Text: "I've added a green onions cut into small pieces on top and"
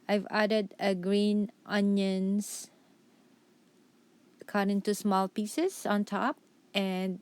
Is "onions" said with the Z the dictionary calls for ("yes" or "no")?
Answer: no